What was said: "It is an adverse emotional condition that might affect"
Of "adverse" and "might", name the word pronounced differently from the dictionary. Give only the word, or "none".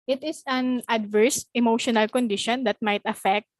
none